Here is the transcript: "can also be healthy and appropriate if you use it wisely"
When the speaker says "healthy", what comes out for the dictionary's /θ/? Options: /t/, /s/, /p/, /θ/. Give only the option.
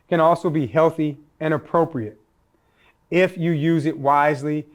/θ/